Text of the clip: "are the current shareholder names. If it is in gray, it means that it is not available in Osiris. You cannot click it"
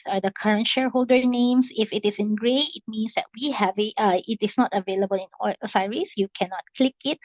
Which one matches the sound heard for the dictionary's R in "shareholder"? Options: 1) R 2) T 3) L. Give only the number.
1